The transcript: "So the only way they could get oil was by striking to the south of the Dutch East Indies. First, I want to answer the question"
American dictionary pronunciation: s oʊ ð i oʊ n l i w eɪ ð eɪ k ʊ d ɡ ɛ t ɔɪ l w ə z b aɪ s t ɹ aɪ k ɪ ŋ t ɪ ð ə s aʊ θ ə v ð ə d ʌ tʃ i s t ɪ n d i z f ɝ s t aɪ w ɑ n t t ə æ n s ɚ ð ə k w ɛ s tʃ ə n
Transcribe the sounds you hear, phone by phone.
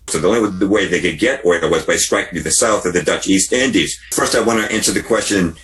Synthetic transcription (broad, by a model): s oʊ ð i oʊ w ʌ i w eɪ ð eɪ k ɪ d ɡ ɛ t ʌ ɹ w ə z b aɪ s t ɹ aɪ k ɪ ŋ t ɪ ð ə s aʊ θ ə v ð ə d ʌ tʃ i s t ɪ n d i z f ɝ s t aɪ w ɑ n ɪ t æ n s ɚ ð ə k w ɛ s tʃ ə n